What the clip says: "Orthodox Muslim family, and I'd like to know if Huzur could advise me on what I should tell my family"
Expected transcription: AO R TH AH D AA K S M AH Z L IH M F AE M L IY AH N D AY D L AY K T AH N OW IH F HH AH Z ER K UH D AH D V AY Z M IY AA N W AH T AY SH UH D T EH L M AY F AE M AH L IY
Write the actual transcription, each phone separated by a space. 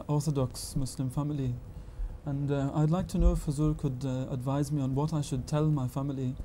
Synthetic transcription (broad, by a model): AO R TH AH D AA K S M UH S L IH M F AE M L IY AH N AY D L AY K T AH N OW IH F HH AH Z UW K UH D AH D V AY Z M IY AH N W AH T AY SH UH D T EH L M AY F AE M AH L IY